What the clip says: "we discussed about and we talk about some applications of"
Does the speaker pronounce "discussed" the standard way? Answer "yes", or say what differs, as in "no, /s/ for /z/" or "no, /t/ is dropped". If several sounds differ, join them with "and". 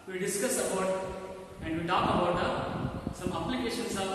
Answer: no, /t/ is dropped